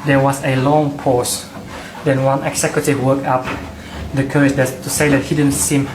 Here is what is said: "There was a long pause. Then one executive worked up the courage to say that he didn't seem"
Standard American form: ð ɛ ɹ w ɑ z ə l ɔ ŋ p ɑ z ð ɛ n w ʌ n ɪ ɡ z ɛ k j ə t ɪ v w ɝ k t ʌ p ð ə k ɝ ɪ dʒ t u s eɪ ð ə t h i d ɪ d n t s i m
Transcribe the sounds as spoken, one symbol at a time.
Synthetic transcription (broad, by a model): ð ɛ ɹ w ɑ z ə l ɔ ŋ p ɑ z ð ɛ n w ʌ n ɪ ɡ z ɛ k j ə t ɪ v w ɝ k ʌ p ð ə k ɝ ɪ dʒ t u s eɪ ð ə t h i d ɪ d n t s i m